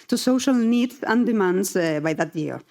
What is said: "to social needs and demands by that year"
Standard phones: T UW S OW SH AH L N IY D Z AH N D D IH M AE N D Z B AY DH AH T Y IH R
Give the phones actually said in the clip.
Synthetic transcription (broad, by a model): T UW S OW SH AH L N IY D AH N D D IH M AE N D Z B AY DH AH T Y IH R